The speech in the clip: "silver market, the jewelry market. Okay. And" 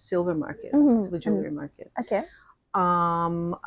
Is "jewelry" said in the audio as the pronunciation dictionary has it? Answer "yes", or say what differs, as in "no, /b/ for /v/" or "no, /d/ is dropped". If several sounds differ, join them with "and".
no, /n/ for /l/